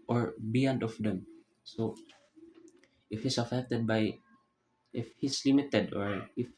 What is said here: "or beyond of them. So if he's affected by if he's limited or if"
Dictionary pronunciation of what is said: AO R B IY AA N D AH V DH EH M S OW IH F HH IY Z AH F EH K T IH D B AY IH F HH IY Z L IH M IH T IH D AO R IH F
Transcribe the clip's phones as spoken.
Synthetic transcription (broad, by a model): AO R B IY AA N D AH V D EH M S OW IH F HH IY S AH F EH K T IH D B AY IH F HH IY S L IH M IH T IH D AO R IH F